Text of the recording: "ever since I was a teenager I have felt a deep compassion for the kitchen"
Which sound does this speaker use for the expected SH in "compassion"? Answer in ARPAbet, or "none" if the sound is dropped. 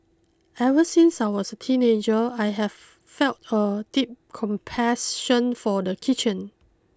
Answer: S